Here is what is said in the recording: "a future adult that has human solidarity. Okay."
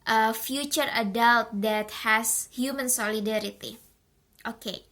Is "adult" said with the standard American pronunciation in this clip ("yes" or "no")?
yes